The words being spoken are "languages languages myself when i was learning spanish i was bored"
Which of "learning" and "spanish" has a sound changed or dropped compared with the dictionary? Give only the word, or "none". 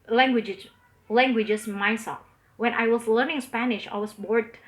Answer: none